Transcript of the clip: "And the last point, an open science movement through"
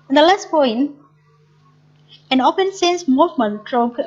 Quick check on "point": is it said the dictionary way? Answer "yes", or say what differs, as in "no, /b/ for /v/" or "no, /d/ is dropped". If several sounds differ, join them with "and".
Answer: no, /t/ is dropped